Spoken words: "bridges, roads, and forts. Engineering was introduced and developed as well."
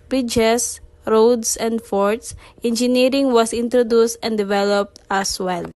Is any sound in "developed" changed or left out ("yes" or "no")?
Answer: no